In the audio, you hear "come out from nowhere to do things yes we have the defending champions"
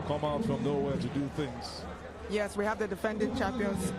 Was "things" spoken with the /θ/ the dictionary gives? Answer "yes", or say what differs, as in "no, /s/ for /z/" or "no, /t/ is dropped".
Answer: yes